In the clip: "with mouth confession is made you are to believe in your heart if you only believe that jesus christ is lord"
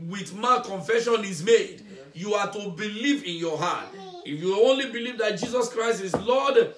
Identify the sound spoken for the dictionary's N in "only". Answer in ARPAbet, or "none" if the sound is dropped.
N